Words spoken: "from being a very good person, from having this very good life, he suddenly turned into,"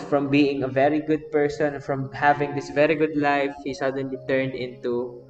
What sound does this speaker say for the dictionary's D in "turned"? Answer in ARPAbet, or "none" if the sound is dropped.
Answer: D